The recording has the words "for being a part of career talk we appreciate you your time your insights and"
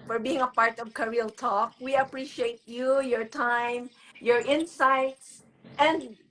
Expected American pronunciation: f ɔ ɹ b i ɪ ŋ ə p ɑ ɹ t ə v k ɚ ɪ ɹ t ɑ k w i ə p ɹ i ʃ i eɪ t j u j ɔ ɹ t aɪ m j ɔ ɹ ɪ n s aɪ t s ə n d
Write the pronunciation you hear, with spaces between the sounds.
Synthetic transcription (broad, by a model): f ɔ ɹ b i ɪ ŋ ə p ɑ ɹ t ə v k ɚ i l t ɑ k w i ə p ɹ i ʃ i eɪ t j u j ɔ ɹ t aɪ m j ɔ ɹ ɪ n s aɪ t s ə n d